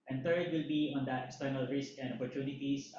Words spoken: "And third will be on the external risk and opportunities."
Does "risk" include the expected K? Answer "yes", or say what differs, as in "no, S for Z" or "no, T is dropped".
yes